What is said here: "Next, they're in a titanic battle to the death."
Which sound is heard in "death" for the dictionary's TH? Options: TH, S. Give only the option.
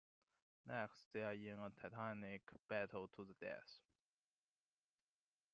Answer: S